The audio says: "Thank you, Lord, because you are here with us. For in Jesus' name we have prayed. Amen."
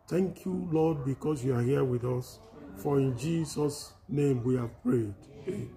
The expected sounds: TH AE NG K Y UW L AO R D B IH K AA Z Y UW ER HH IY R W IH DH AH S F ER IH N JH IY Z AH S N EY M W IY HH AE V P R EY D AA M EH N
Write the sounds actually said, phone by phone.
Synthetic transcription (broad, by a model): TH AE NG K Y UW L AO D B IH K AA S Y UW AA HH IY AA W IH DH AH S F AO IH N JH IY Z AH S N EY M W IY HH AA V P R EY D